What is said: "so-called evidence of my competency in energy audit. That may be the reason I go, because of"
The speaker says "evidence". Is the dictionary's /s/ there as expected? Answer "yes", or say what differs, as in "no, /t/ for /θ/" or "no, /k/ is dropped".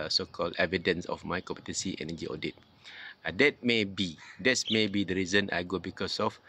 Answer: yes